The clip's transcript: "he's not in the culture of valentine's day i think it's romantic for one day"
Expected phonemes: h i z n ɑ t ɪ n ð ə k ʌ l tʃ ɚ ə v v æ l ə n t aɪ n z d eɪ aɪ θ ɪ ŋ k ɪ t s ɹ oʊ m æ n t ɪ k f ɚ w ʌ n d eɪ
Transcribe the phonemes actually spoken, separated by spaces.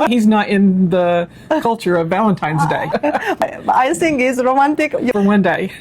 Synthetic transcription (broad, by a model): h i z n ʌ t ɪ n ð ə k ʌ l tʃ ɚ ə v v æ l ə n t aɪ n z d eɪ aɪ s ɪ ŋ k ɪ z ɹ oʊ m æ n t ɪ k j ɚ w ʌ n d eɪ